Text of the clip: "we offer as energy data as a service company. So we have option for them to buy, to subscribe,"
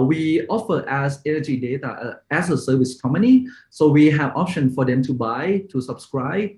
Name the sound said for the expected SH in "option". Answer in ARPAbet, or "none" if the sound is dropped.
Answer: SH